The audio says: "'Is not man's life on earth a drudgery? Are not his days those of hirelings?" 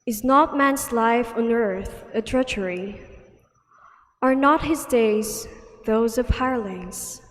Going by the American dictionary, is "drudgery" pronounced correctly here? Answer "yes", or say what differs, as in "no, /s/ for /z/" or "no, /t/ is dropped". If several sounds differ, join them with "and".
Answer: no, /tʃ/ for /dʒ/